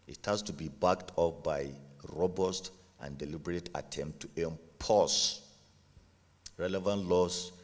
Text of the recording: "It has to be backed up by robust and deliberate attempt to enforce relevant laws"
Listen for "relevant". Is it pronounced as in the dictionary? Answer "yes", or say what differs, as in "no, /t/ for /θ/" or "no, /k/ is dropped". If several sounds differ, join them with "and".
yes